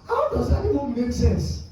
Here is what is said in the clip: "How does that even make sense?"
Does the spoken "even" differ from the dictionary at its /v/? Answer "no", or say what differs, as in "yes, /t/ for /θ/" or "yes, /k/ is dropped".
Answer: yes, /w/ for /v/